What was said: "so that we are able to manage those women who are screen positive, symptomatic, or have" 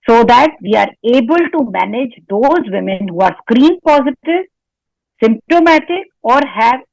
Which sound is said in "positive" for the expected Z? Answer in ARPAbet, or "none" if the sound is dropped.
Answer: Z